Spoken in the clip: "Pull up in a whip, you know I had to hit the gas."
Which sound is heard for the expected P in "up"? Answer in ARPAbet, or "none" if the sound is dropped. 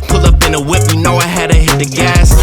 B